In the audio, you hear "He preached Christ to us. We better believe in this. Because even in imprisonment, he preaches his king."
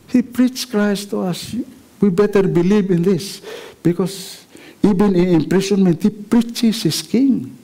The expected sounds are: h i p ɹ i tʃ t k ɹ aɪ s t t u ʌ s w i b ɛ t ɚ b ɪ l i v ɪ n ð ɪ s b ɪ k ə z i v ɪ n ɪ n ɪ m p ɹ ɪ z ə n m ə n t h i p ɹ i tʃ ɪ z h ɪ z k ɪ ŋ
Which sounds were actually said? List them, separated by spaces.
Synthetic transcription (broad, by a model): h i p ɹ i tʃ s k ɹ aɪ s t t u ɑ s w i b ɛ t ɚ b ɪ l i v ɪ n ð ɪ s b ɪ k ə s i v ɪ n ɪ n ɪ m p ɹ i s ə n m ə n t h i p ɹ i tʃ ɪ s h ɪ s k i ŋ